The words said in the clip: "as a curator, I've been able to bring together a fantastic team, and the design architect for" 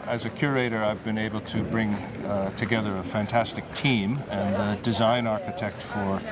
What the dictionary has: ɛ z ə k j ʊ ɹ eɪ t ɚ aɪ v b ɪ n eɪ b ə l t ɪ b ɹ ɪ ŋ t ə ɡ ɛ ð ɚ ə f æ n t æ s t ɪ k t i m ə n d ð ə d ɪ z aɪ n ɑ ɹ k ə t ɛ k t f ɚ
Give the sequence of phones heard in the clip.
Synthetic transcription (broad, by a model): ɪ z ə k j ʊ ɹ eɪ t ɚ aɪ v b ɪ n eɪ b l t ɪ b ɹ ɪ ŋ t ə ɡ ɛ ð ɚ ə f æ n t æ s t ɪ k t i m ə n ð ə d ɪ z aɪ n ɑ ɹ k ə t ɛ k t f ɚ